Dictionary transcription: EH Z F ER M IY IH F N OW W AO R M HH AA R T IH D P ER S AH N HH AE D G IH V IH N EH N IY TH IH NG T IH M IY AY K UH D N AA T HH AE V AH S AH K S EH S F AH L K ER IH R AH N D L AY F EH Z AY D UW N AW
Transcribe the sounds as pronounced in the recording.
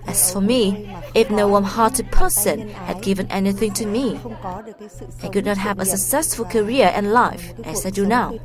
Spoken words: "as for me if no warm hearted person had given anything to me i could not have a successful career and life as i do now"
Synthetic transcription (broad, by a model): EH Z F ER M IY IH F N OW W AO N HH AA R T IH D P ER S AH N HH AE D G IH V IH N EH N IY TH IH NG T IH M IY AY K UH D N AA T HH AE V AH S AH K S EH S F AH L K ER IH R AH N L AY F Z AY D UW N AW